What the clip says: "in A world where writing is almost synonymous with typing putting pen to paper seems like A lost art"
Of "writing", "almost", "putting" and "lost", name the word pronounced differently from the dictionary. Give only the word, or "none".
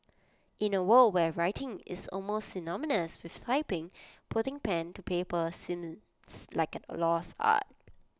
lost